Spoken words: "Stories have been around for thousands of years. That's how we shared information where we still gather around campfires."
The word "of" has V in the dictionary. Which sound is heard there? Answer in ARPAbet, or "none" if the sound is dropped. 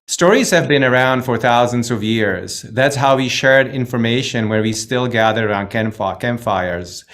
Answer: V